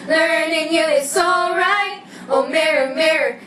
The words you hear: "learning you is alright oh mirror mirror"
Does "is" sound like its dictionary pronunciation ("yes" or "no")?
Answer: no